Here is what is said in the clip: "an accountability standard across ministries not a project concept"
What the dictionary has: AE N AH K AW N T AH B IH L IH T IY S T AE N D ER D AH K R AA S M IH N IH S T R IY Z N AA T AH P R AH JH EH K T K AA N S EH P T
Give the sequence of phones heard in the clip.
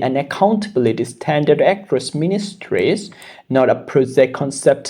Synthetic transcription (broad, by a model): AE N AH K AW N T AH B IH L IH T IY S T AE N D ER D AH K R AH S M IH N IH S T R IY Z N AA T AH P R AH Z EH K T K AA N S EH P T